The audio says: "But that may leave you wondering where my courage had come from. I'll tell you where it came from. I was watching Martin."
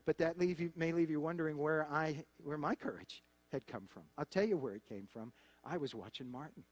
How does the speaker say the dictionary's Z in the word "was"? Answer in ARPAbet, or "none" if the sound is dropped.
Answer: Z